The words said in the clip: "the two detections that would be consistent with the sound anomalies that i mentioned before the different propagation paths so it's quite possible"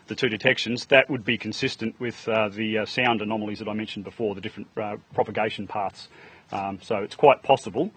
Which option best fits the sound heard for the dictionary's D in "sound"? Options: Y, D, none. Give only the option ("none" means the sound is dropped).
D